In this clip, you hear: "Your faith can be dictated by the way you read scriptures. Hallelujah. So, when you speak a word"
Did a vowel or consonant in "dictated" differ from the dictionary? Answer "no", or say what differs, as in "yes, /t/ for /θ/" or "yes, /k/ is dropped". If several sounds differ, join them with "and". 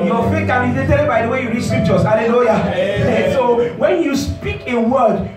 yes, /k/ is dropped